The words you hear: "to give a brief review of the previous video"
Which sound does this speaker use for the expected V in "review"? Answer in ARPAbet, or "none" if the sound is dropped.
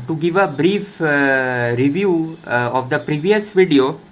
V